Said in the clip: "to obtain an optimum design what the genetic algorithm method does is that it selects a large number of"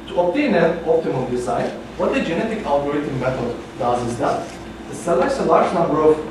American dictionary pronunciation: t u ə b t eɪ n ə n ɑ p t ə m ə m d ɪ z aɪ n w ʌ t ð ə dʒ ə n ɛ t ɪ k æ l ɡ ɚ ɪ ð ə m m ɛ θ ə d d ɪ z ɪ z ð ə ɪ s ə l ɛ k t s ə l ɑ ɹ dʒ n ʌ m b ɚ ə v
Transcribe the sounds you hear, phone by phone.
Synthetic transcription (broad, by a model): t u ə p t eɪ n ə n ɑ p t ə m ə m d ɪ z aɪ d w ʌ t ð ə dʒ ə n ɛ t ɪ k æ l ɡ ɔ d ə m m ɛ t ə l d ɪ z ɪ z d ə ɪ s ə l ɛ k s ə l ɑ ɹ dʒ n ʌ m b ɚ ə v